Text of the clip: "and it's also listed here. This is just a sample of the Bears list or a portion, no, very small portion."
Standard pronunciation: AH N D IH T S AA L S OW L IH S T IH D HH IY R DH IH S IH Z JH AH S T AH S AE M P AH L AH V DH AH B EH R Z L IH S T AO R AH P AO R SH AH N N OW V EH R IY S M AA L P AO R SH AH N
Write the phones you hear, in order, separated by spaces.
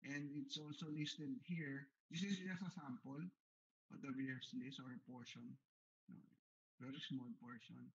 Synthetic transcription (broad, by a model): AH N D IH T S AA L S OW L IH S T IH D HH IY R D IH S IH S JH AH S AH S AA M P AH L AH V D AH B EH R S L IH S AO R AH P AO R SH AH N N OW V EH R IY S M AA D P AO R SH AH N